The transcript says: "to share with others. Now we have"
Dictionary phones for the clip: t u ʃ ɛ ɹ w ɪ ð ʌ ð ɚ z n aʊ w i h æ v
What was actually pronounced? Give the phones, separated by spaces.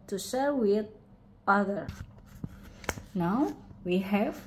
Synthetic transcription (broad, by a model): t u ʃ ɛ ɹ w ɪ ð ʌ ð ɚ n aʊ w i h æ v